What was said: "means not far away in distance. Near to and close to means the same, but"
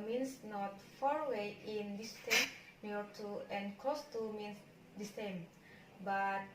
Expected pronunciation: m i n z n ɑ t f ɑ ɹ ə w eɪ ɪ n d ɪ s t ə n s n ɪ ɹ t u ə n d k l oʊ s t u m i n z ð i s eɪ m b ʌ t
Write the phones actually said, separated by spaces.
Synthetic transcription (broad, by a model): m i n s n ɑ t f ɑ ɹ w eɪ ɪ n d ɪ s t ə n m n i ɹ t u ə n k oʊ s t u m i n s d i s eɪ m b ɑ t